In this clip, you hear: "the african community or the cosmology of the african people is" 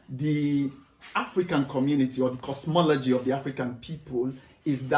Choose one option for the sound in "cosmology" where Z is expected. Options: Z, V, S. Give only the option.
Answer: S